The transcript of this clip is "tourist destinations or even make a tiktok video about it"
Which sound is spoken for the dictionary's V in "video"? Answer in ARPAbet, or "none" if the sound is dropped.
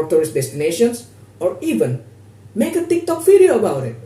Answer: F